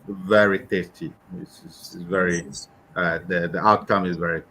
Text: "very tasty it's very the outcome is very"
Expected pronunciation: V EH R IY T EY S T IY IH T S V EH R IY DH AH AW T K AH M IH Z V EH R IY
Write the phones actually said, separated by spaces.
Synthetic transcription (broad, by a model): V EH R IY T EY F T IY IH S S V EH R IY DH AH AW T K AH M IH Z V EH R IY